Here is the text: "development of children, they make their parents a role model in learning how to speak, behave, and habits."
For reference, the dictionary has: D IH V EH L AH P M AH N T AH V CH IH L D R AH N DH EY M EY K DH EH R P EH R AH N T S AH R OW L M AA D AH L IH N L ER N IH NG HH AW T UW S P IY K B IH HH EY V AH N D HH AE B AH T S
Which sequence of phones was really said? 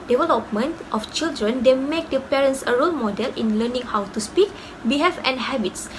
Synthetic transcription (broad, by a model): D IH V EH L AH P M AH N T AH F CH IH L D R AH N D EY M EY K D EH P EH R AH N S AH R OW L M AA D AH L IH N L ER N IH NG HH AW T UW S P IY K B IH HH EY F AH N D HH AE B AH T S